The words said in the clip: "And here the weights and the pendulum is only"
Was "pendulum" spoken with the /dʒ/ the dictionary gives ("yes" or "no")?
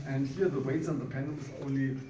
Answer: no